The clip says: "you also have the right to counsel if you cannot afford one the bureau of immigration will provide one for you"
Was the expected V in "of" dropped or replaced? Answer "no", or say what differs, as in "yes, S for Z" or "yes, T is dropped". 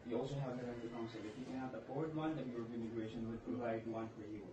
yes, P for V